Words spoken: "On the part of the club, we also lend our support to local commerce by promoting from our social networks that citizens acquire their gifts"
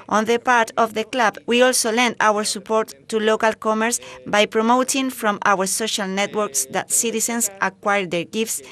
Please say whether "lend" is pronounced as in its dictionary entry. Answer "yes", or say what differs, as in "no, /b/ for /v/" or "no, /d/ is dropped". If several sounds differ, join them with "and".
yes